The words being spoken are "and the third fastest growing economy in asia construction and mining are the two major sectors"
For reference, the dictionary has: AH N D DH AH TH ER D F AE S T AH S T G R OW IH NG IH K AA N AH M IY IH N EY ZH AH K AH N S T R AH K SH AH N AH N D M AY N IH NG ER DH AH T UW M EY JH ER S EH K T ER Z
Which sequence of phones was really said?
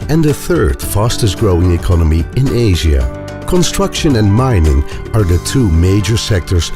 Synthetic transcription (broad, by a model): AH N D DH AH TH ER D F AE S T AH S G R OW IH NG IH K AA N AH M IY IH N EY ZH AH K AH N S T R AH K SH AH N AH N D M AY N IH NG ER DH AH T UW M EY JH ER S EH K T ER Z